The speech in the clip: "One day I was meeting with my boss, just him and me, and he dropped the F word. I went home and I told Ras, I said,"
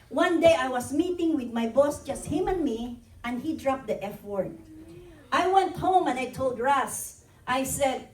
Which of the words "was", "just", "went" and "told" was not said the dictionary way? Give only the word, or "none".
was